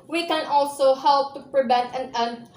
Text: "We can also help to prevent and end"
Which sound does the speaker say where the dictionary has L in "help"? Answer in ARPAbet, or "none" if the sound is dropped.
L